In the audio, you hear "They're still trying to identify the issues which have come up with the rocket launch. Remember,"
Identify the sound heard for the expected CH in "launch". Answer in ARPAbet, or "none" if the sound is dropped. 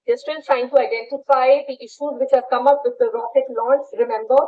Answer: S